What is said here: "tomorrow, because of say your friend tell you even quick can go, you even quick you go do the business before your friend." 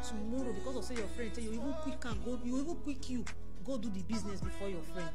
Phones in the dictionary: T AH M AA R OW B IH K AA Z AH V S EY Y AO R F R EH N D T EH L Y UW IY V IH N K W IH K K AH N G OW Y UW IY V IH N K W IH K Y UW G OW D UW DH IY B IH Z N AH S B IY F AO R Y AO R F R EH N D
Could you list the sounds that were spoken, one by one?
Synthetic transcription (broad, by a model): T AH M AA R OW B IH K AA S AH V S EY Y AO F R EH N D S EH Y UW IY V IH N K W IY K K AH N G OW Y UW IY V IH N K W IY K Y UW G OW D UW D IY B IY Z N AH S B IY F AO Y AO F R EH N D